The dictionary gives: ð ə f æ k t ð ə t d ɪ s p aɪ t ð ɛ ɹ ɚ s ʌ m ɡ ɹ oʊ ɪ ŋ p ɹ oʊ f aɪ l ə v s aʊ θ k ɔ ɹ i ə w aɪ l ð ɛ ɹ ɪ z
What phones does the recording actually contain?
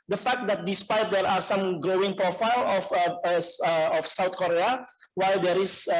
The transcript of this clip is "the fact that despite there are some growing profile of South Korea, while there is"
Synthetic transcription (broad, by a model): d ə f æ k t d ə t d ɪ s p aɪ t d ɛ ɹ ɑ s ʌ m ɡ ɹ oʊ ɪ ŋ p ɹ oʊ f aɪ l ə f s aʊ t k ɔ ɹ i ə w aɪ l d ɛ ɹ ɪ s